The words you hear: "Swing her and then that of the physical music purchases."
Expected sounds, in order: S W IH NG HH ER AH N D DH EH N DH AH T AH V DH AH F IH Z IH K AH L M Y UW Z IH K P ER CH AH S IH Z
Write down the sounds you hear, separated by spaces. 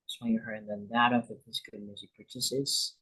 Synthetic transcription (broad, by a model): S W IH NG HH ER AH N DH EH N DH AH T AH V DH AH P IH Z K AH M Y UW Z IH K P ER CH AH S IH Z